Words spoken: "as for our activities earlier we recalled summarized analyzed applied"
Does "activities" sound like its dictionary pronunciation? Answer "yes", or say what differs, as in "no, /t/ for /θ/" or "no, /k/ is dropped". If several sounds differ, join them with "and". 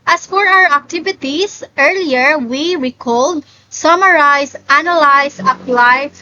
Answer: no, /s/ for /z/